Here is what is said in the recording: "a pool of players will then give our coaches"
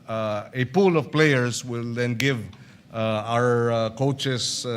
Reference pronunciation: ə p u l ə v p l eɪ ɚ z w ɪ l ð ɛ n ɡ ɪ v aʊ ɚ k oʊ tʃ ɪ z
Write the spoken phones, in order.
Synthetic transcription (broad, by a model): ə p u l ə v p l eɪ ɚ s w ɪ l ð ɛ n ɡ ɪ v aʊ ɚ k oʊ tʃ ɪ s